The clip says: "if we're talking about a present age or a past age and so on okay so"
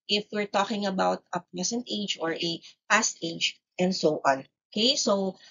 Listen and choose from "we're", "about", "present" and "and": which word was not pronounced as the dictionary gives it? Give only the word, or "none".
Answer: present